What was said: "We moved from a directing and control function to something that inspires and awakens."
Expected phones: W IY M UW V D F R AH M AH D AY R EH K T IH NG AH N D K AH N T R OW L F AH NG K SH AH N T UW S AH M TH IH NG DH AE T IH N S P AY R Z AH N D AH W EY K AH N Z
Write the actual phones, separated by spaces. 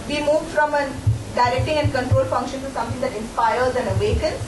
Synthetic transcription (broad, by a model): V IY M UW V D F R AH M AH D AY R EH K T IH NG AH N D K AH N T R OW L F AH NG K SH AH N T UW S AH M T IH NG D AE T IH N S P AY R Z AH N D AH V EY K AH N